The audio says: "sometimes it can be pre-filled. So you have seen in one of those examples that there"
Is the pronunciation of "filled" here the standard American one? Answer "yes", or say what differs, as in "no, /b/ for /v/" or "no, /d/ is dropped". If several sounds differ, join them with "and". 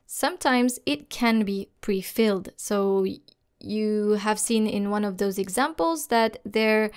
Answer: yes